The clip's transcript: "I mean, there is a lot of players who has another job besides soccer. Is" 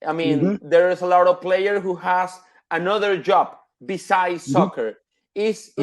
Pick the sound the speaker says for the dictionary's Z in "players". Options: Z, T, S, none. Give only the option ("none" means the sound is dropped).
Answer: none